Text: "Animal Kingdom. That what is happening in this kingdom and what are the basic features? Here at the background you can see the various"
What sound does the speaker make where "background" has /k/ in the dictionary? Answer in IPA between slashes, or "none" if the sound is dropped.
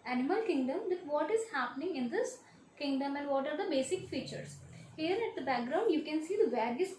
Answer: /k/